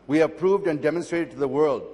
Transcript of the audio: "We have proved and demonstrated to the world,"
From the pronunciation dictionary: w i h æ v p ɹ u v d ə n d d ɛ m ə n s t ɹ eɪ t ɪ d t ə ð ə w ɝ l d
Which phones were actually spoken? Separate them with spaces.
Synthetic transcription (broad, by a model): w i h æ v p ɹ u v d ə n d d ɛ m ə n s t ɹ eɪ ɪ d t ð ə w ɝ l d